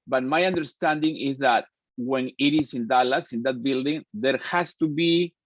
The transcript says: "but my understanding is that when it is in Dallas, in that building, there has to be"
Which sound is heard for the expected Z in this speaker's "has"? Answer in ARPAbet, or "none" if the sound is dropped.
S